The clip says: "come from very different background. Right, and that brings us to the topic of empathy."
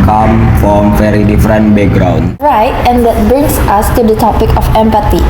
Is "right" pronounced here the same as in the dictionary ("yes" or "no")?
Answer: yes